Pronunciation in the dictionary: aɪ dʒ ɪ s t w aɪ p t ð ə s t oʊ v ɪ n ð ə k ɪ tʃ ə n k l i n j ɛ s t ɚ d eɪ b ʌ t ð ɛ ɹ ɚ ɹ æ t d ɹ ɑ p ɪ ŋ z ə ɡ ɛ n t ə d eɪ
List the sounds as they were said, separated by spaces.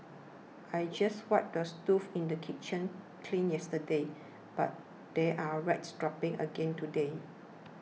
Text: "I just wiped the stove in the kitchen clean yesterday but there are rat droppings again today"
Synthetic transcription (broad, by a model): aɪ dʒ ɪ s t w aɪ t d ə s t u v ɪ n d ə k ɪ tʃ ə n k l i n j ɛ s t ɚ d eɪ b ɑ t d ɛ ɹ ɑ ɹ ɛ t d ɹ ɑ p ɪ ŋ ə ɡ ɛ n t ə d eɪ